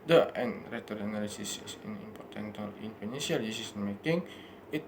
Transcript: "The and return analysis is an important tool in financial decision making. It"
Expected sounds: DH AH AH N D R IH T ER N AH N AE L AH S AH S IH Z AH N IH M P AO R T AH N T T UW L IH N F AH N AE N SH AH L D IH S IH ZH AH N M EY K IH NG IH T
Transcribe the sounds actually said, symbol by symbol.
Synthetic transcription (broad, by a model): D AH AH N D R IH T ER AH N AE L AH S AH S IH S AH N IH M P AO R T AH N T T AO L IH N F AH N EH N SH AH L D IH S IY S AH N M EY K IH NG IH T